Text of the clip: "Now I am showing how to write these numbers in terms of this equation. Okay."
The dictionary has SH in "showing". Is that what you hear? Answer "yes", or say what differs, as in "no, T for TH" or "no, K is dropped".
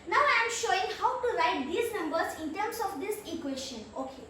yes